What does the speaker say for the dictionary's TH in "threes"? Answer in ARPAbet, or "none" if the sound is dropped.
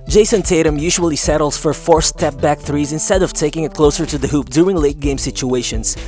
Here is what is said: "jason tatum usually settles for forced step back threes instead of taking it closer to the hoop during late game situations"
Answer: TH